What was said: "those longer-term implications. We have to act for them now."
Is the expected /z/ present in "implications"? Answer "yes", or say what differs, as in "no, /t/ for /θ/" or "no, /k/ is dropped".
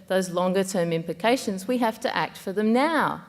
yes